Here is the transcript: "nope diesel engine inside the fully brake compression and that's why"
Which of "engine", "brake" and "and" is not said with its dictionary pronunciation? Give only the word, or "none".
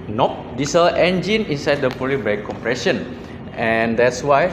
brake